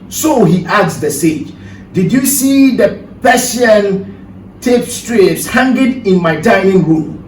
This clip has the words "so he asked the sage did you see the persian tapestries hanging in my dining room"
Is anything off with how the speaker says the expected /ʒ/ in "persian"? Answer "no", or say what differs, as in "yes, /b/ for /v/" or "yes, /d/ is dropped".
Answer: yes, /s/ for /ʒ/